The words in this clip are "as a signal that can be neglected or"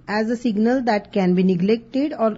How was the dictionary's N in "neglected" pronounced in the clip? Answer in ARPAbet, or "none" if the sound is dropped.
N